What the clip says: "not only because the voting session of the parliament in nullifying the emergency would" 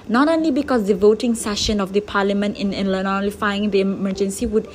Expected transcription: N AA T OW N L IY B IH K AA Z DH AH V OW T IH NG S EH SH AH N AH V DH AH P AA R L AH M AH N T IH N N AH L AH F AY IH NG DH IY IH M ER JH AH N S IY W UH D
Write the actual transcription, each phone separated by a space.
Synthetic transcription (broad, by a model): N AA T OW N L IY B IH K AA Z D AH V OW T IH NG S EH SH AH N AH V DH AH P AA L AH M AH N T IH N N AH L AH F AY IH NG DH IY M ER JH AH N S IY W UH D